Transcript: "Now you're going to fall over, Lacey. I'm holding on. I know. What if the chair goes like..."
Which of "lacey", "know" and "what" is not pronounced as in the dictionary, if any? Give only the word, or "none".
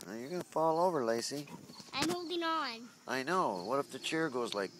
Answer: none